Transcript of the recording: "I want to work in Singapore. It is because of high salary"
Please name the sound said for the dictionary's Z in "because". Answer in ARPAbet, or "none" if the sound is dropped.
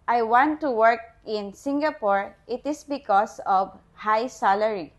S